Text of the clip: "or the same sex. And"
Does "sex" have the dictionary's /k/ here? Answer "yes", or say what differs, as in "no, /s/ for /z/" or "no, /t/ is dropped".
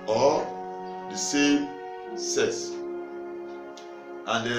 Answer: no, /k/ is dropped